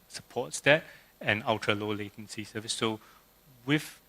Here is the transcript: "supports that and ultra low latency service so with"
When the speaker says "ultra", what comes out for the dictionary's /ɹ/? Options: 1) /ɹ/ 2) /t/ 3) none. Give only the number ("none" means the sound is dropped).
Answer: 3